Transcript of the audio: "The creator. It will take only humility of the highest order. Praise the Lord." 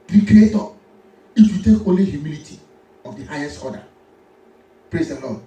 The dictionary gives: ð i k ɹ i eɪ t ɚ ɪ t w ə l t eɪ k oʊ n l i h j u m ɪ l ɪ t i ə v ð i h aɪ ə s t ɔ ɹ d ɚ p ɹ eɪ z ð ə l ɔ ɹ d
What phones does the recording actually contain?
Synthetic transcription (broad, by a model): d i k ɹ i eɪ t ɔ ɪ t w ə t eɪ k oʊ n l i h j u m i l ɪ t i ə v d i h aɪ ə s t ɔ d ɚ p ɹ eɪ z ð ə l ɔ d